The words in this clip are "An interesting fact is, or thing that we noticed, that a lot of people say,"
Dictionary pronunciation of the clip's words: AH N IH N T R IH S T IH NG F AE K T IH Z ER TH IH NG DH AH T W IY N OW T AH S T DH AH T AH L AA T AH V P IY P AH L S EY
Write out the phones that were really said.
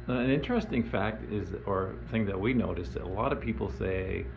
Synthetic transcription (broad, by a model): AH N IH N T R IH S T IH NG F AE K T IH Z ER TH IH NG DH AH T W IY N OW T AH S DH AH T AH L AA T AH V P IY P L S EY